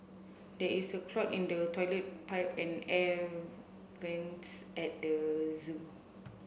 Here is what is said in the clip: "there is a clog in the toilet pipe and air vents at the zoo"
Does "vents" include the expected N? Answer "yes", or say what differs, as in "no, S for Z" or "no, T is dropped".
yes